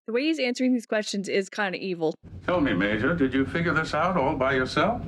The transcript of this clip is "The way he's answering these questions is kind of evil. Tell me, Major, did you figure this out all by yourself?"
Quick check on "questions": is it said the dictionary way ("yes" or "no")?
yes